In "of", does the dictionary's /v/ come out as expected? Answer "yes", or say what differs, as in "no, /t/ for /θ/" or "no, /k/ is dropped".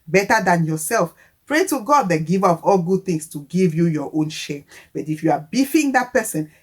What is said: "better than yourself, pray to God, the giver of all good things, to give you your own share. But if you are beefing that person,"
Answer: no, /p/ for /v/